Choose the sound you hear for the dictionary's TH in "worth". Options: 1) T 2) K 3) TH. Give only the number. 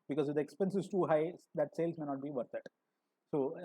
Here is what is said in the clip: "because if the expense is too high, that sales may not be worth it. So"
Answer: 1